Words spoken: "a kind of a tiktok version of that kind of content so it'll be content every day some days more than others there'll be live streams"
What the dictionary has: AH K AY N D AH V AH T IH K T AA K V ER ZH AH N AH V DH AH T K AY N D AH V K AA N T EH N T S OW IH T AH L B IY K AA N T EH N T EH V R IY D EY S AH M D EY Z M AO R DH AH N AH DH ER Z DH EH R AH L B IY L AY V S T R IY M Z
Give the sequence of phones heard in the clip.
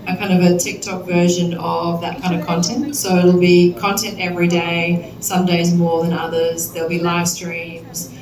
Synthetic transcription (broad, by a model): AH K AY N D AH V AH T IH K T AA K V ER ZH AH N AH V DH AH T K AY N D AH V K AA N T EH N T S OW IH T L B IY K AA N T EH N T EH V R IY D EY S AH M D EY Z M AO R DH AH N AH DH ER Z DH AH L B IY L AY V S T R IY M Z